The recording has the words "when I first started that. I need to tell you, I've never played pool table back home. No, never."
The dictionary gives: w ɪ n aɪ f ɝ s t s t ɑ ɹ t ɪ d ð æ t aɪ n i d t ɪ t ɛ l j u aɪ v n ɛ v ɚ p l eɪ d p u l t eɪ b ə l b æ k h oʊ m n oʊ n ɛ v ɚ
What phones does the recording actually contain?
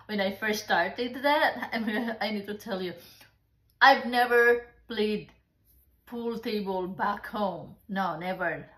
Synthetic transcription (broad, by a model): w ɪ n aɪ f ɝ s t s t ɑ ɹ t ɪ d ð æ t aɪ n i d t ɪ t ɛ l j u aɪ v n ɛ v ɚ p l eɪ d p u l t eɪ b ə l b æ k h oʊ m n oʊ n ɛ v ɚ